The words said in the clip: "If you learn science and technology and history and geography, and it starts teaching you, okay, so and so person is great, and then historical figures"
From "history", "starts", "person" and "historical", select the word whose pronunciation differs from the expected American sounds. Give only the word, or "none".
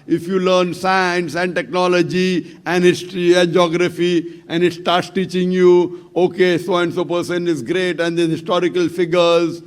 history